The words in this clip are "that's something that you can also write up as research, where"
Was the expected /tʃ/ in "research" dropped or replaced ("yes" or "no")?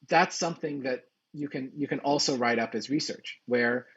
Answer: no